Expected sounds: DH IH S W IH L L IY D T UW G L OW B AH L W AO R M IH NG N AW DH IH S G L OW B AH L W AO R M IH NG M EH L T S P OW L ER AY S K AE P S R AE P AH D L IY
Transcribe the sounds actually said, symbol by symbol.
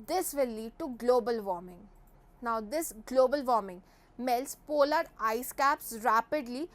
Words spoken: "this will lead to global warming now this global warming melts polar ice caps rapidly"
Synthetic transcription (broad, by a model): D IH S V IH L L IY D T UW G L OW B AH L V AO R M IH NG N AW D IH S G L OW B AH L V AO R M IH NG M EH L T S P OW L ER AY S K AE P S R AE P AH D L IY